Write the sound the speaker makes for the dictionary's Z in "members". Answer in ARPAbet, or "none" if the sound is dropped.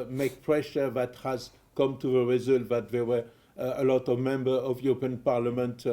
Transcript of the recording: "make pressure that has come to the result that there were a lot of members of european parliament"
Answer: none